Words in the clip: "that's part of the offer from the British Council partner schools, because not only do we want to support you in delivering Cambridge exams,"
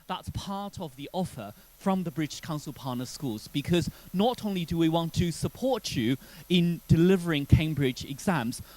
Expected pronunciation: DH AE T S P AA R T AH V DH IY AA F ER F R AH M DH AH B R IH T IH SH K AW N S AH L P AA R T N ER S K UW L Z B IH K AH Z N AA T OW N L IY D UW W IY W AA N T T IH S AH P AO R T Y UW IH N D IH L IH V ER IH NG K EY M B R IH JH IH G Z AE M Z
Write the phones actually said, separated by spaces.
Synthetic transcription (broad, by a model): DH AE T S P AA R T AH V DH IY AA F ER F R AH M DH AH B R IH T IH SH K AW N S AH L P AA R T N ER S K UW L Z B IH K AH Z N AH T OW N L IY D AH W IY W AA N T T IH S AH P AO R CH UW IH N D IH L IH V ER IH NG K EY M B R IH JH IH G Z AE M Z